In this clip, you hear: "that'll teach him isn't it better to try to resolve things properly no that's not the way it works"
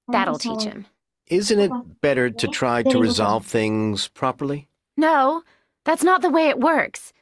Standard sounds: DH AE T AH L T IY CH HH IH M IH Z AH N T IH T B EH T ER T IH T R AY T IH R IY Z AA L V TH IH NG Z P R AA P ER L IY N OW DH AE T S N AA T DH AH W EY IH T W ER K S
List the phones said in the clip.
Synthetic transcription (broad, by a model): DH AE T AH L T IY CH HH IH M IH Z AH N T IH T B EH T ER T IH T R AY T IH R IY Z AA L V TH IH NG Z P R AA P ER L IY N OW DH AE T S N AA T DH AH W EY IH T W ER K S